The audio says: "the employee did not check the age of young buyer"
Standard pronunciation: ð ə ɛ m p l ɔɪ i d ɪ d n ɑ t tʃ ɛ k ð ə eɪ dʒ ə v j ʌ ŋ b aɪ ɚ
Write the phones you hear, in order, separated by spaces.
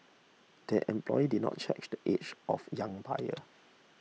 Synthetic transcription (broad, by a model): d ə ɛ m p l ɔɪ i d ɪ d n ɑ t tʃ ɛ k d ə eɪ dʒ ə f j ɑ ŋ b aɪ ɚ